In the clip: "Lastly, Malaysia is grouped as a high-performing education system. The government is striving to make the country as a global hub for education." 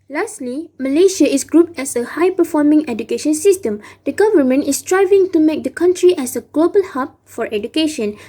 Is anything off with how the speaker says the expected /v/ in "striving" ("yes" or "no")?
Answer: no